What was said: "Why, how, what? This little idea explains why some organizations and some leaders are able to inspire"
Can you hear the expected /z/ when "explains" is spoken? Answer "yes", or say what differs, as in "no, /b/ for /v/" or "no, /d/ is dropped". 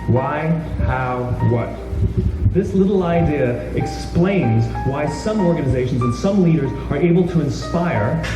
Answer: yes